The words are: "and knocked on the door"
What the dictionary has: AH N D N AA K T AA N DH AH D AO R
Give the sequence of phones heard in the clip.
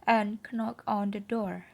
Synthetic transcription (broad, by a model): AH N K N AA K AA N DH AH D AO R